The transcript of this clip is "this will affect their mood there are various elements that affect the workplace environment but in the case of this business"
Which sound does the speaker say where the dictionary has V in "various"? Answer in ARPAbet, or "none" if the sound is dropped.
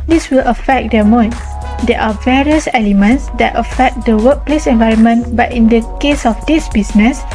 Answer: V